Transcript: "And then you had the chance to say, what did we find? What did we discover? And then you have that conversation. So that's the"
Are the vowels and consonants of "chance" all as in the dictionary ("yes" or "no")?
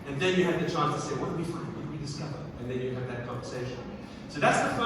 yes